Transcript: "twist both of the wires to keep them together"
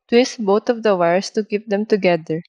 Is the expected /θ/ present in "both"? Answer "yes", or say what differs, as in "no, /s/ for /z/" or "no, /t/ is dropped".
no, /t/ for /θ/